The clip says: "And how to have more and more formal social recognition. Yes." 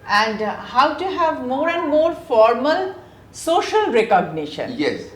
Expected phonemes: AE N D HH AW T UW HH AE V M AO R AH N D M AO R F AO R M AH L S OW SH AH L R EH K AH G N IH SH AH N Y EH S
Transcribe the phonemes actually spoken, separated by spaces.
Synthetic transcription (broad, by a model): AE N D HH AW T UW HH AE V M AO R AH N D M AO R F AO R M AH L S OW SH AH L R EH K AH G N IH SH AH N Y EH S